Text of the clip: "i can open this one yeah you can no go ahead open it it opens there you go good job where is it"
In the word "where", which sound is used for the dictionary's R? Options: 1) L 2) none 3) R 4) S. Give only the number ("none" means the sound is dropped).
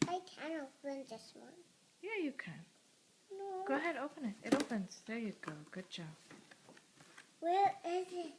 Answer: 1